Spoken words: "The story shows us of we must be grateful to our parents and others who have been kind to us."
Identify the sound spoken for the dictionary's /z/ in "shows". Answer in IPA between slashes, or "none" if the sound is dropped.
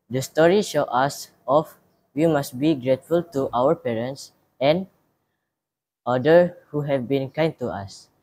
none